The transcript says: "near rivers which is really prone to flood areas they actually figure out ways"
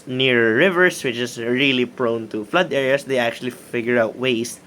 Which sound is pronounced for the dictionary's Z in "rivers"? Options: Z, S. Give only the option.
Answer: S